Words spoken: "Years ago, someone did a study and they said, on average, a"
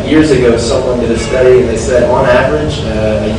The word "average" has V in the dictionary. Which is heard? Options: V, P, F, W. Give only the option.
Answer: V